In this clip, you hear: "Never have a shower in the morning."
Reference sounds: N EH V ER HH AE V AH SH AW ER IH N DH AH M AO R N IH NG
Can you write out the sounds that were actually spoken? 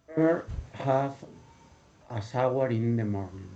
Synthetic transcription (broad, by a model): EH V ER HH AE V AH S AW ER IH N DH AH M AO R N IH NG